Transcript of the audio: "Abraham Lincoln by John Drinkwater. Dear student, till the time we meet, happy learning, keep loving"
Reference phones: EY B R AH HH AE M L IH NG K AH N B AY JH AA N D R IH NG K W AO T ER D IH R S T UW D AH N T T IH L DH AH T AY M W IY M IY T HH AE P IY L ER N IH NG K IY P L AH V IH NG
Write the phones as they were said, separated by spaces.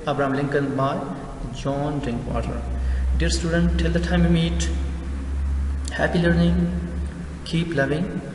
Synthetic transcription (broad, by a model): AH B R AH M L IH NG K AH N B AY JH AA N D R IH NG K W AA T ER D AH R S T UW D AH N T T IH L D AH T AY M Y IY M IY T HH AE P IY L ER N IH NG K IY P L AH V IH NG